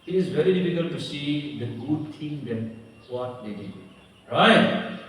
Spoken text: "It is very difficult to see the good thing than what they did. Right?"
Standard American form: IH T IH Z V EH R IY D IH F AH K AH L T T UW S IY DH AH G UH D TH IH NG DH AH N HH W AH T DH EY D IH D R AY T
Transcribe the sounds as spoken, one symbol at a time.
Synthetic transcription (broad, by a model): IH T IH Z V EH R IY D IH F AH K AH L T T UW S IY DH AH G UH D T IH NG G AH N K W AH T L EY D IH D R AY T